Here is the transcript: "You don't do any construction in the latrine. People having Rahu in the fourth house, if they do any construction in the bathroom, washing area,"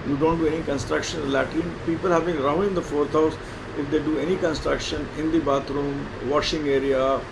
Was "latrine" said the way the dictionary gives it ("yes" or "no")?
no